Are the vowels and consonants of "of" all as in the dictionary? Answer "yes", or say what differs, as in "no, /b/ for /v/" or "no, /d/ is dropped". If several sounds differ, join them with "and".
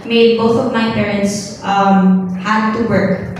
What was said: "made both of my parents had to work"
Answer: yes